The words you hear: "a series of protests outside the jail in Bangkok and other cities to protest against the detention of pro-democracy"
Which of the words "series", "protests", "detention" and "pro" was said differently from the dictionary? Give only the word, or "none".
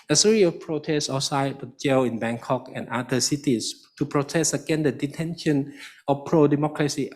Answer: series